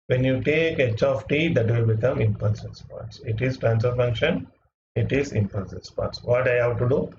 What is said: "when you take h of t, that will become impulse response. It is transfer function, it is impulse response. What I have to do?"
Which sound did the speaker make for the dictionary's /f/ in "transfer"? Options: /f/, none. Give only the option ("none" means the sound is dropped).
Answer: none